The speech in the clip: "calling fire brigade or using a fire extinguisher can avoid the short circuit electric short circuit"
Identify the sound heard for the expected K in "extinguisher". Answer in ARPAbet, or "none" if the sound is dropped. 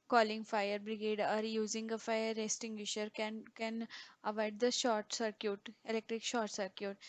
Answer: none